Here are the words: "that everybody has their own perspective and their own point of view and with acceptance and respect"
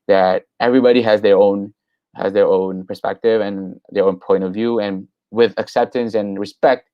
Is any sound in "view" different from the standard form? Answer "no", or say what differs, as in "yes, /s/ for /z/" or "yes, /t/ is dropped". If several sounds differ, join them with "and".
no